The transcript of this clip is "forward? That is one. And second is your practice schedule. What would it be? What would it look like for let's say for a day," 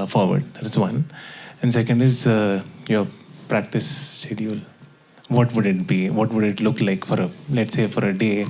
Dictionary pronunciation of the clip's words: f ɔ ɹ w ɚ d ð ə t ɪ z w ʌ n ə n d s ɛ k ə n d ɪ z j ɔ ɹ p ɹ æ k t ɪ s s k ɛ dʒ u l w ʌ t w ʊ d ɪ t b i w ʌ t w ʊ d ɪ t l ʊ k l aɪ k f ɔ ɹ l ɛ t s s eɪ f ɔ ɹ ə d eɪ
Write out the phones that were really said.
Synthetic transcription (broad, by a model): f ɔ ɹ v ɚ d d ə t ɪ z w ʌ n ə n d s ɛ k ə n d ɪ z j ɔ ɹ p ɹ æ k t ɪ s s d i u l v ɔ t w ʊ d ɪ t b i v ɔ t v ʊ d ɪ t l ʊ k l aɪ k f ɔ ɹ l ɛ t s s eɪ f ɔ ɹ ə d eɪ